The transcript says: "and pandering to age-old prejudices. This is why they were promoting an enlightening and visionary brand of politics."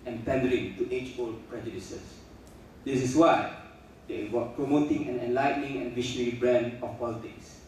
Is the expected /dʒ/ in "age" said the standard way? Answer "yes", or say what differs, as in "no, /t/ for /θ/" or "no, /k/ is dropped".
no, /tʃ/ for /dʒ/